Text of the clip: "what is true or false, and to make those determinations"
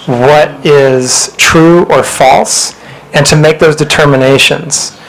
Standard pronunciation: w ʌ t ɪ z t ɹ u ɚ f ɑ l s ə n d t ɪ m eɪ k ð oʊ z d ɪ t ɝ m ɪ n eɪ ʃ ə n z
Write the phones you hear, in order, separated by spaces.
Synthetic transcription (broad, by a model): w ʌ t ɪ z t ɹ u ɚ f ɑ l s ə n t ɪ m eɪ k ð oʊ z d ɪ t ɝ m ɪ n eɪ ʃ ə n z